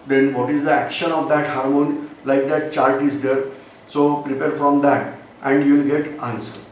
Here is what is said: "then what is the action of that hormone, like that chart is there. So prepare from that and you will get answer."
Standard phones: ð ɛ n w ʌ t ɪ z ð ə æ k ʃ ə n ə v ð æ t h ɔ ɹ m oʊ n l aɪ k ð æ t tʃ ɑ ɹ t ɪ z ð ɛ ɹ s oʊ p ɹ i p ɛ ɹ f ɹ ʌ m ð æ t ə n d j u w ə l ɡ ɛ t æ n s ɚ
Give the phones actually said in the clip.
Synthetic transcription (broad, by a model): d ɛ n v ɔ t ɪ z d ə æ k ʃ ə n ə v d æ t h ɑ ɹ m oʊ n l aɪ k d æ t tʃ ɑ l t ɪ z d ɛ ɹ s oʊ p ɹ i p ɛ ɹ f ɹ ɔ m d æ t ə n d j u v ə l ɡ ɛ t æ n s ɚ